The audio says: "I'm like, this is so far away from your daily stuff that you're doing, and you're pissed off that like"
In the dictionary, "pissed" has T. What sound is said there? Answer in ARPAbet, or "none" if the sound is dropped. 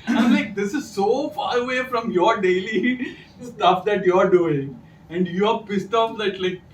T